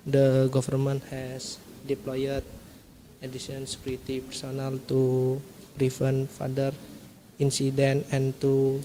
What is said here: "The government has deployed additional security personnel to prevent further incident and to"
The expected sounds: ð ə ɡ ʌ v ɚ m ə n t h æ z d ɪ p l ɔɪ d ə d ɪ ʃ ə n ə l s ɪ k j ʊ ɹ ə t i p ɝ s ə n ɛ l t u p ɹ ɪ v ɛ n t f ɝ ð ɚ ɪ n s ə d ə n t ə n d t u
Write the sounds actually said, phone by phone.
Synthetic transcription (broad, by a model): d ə ɡ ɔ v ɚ m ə n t h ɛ s d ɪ p l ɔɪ ə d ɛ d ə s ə n s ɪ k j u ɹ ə t i p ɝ s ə n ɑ l t u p ɹ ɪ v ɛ n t f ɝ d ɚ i n s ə d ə n ə n t u